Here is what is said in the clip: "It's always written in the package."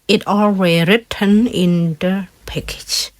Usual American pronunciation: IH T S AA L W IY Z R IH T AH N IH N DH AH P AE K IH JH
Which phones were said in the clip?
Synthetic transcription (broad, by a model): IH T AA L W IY R IH T AH N IH N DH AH P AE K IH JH